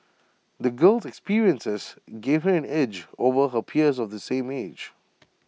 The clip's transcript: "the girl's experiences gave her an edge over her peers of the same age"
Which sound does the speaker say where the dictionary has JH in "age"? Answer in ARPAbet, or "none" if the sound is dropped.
JH